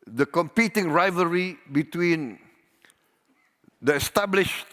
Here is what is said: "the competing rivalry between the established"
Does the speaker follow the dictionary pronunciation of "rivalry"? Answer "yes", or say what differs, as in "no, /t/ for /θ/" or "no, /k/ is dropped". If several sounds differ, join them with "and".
no, /l/ is dropped